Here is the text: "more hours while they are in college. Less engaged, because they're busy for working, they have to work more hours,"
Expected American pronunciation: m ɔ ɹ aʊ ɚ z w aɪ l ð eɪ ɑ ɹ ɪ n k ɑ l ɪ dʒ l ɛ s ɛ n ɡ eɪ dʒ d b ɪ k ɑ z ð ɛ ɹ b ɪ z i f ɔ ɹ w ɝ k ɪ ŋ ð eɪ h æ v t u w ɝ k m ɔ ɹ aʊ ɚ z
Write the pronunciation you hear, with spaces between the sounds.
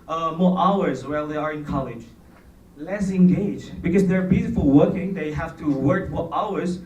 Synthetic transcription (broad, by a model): m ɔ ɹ aʊ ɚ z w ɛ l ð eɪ ɑ ɹ ɪ n k ɑ l ɪ dʒ l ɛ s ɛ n ɡ eɪ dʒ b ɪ k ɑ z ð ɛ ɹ b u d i f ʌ l w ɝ k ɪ ŋ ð eɪ h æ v t u w ɝ k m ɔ ɹ aʊ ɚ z